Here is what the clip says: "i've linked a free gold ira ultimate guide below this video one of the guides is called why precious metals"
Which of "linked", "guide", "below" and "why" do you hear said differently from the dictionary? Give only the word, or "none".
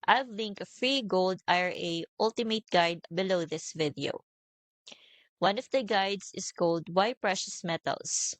linked